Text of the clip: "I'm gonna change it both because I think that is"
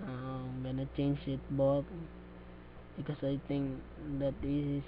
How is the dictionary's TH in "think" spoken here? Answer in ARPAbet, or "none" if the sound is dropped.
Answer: T